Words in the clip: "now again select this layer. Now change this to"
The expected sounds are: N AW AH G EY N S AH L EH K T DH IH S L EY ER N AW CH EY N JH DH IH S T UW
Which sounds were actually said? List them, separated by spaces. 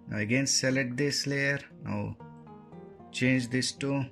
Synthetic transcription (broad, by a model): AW AH G EY N S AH L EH T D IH S L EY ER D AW CH EY N JH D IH S T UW